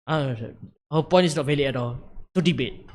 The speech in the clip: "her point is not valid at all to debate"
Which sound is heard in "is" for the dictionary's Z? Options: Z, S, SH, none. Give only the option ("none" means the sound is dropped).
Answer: S